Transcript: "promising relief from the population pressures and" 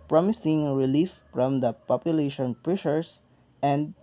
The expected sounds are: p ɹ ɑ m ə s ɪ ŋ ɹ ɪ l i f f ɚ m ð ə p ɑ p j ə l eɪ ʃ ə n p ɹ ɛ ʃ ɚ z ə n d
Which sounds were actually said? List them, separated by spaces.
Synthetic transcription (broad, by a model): p ɹ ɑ m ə s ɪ ŋ ɹ ɪ l i f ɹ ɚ m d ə p ɑ p j ə l eɪ ʃ ə n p ɹ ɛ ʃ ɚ s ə n d